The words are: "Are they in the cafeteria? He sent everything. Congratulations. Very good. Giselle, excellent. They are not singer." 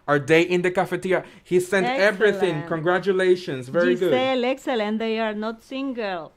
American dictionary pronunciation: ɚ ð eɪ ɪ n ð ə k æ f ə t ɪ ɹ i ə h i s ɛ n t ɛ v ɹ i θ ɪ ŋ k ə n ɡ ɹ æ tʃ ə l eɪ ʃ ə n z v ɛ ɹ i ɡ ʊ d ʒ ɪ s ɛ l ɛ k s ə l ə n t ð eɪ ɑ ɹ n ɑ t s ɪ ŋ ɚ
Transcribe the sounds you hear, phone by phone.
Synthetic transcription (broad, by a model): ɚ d eɪ ɪ n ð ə k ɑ f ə t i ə h i s ɛ n t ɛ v ɹ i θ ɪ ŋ k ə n ɡ ɹ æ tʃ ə l eɪ ʃ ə n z v ɛ ɹ i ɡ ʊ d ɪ ɛ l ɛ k s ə l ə n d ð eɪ ɑ ɹ n ɑ t s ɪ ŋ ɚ